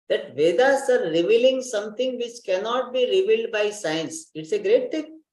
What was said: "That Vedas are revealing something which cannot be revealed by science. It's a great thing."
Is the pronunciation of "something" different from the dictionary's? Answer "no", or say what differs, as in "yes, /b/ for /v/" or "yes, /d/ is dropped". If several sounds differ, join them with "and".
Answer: yes, /t/ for /θ/